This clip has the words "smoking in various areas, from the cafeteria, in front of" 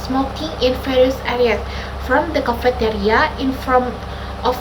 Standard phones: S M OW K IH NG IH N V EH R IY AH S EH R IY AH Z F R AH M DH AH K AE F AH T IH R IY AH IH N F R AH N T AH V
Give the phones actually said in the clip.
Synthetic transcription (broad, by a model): S M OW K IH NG IH N F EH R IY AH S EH R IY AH S F R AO M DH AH K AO F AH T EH R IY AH IH N F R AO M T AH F